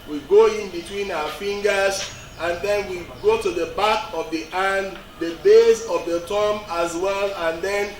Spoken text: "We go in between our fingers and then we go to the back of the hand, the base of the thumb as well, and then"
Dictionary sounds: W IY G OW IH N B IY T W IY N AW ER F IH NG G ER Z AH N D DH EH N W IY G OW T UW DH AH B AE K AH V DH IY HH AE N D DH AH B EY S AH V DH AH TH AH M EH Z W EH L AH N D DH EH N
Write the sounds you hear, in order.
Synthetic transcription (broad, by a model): W IY G OW IH N B IY T W IY N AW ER F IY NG G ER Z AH N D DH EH N W IY G OW T UW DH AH B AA K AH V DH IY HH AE N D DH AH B EY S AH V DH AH T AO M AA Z W EH L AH N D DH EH N